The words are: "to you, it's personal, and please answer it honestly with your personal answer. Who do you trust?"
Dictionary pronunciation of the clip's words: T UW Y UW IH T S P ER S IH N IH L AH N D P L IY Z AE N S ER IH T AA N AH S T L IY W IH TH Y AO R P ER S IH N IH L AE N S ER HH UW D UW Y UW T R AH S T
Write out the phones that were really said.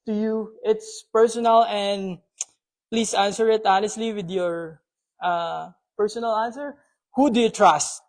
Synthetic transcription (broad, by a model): T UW Y UW IH T S P ER S IH N IH L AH N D P L IY S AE N S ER IH T AA N AH S T L IY W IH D Y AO R P ER S IH N IH L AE N S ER HH UW D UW Y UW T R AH S T